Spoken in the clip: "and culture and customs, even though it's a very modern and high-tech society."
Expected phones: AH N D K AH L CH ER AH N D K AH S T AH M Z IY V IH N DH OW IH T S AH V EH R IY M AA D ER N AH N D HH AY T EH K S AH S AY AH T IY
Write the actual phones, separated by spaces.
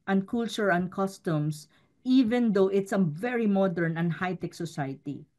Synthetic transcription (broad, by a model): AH N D K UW L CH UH AH N D K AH S T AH M S IY V IH N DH OW IH T S AH V EH R IY M AA D ER N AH N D HH AY T EH K S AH S AY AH T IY